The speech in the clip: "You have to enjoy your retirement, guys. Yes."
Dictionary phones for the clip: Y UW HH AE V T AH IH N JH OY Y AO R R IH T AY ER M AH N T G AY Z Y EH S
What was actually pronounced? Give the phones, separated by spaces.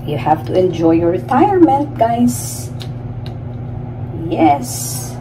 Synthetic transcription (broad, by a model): Y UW HH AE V T AH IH N JH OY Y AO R R IH T AY ER M AH N T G AY S Y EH S